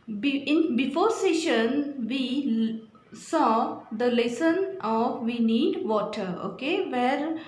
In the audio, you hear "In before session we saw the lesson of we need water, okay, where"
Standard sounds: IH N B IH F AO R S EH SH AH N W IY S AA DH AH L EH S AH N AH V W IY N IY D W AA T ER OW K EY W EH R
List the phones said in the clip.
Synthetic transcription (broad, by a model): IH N B IH F AO R S EH SH AH N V IY S AA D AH L EH S AH N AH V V IY N IY D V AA T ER OW K EY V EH R